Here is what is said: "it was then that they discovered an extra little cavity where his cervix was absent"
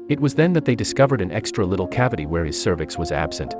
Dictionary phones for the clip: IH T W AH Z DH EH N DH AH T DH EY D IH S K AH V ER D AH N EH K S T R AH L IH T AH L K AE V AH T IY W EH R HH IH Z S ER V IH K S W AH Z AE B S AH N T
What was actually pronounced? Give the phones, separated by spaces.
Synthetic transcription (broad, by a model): IH T W AH Z DH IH N DH AH T DH EY D IH S K AH V ER D AH N EH K S T R AH L IH T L K AE V AH T IY W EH R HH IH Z S ER V IH K S W AH Z AE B S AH N T